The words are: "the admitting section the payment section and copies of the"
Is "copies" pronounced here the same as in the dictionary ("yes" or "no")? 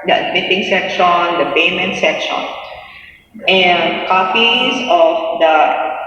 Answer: no